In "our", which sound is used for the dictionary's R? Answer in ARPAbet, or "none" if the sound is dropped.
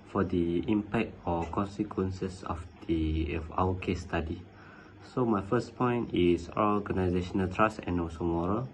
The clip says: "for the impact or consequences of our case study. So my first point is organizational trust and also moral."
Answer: W